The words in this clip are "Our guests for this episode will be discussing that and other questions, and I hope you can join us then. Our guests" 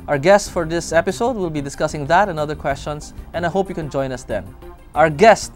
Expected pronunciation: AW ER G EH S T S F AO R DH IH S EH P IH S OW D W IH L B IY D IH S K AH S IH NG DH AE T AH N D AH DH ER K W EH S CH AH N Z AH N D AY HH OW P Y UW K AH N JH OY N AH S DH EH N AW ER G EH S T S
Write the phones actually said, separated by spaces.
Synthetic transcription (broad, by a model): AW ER G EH S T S F AO R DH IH S EH P IH S OW D W IH L B IY D IH S K AH S IH NG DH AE T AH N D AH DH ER K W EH S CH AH N S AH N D AY HH OW P Y UW K AH N JH OY N AH S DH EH N AW ER G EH S T